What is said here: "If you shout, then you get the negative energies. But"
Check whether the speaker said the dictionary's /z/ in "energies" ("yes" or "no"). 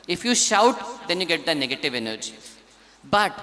no